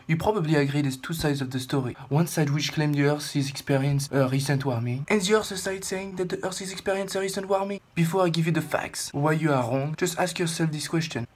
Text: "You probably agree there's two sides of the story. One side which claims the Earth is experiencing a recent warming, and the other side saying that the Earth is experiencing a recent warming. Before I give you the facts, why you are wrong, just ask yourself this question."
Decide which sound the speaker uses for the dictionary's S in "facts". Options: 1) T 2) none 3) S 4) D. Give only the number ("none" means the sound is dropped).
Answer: 3